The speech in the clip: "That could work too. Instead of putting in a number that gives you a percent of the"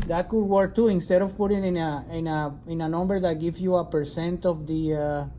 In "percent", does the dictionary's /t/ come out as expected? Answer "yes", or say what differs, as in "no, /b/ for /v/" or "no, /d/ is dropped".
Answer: yes